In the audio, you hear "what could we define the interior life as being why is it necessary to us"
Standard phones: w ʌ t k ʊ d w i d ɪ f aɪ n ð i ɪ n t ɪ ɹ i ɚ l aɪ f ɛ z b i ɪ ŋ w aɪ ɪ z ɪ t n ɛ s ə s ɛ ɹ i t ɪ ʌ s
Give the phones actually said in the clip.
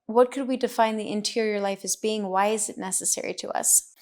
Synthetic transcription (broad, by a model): w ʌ t k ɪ d w i d ɪ f aɪ n ð i ɪ n t ɪ ɹ i ɚ l aɪ f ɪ z b i ɪ ŋ w aɪ ɪ z ɪ t n ɛ s ə s ɛ ɹ i t ɪ ʌ s